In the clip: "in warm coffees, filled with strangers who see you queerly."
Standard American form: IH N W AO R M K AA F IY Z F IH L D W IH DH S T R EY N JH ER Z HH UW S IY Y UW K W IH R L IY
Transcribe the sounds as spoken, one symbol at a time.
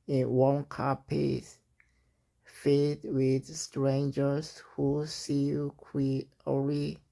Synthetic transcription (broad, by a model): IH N W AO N K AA P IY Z F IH D W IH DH S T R EY N JH ER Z HH UW S IY K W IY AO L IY